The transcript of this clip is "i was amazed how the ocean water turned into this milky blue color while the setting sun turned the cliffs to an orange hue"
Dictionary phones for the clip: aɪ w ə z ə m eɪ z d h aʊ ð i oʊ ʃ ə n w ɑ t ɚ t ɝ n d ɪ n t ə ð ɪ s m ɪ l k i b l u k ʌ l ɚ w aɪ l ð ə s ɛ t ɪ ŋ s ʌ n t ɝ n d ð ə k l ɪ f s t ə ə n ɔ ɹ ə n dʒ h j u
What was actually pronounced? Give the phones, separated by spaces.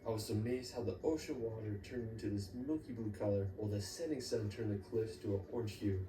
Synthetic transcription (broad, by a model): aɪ w ə z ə m eɪ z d h aʊ ð i oʊ ʃ ə n w ɑ t ɚ t ɝ n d ɪ n t ə ð ɪ s m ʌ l k i b l u k ʌ l ɚ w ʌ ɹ ð ə s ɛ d ɪ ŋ s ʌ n t ɝ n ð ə k l ɪ f s t ə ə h ɔ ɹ n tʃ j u